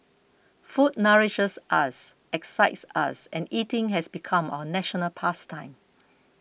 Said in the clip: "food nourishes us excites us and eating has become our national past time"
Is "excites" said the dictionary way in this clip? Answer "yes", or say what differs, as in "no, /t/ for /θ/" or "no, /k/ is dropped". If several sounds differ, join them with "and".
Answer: yes